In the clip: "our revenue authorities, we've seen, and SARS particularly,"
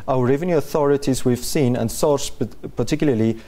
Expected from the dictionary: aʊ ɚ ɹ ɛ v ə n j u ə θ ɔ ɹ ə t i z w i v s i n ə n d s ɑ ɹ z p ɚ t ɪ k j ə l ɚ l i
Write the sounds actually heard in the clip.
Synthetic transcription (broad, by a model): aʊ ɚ ɹ ɛ v ə n j u ə θ ɔ ɹ ə t i z w i v s i n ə n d s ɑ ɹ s p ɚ t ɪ k j l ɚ l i